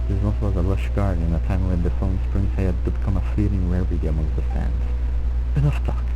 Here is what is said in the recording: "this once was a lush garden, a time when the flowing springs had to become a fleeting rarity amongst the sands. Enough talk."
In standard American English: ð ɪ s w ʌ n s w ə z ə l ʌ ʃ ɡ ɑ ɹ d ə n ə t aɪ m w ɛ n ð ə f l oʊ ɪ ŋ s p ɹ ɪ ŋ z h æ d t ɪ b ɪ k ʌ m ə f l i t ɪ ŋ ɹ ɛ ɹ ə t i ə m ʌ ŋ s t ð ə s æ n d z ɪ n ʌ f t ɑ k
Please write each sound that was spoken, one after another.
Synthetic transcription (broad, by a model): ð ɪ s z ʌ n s w ə z ə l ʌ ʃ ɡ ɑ ɹ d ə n ə t aɪ m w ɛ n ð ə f oʊ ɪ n s p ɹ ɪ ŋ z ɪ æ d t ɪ b ɪ k ʌ m ə f l i t ɪ ŋ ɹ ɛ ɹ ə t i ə m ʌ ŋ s ð ə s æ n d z ɪ n ʌ f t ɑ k